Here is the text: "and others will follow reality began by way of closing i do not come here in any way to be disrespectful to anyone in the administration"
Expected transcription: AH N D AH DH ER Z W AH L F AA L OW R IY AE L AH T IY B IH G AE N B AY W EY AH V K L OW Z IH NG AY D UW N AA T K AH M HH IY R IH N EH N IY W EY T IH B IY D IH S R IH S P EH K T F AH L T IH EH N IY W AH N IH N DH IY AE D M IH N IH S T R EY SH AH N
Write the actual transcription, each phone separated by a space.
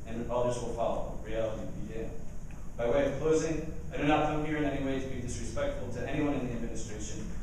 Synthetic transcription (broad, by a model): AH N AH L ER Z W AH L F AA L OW R IY AE L AH T IY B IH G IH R B AY W EY AH V K L OW Z IH NG AY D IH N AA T K AH M HH IY R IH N EH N IY W EY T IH B IY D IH S R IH S P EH K T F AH L T IH EH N IY W AH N IH N DH IY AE D M IH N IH S T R EY SH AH N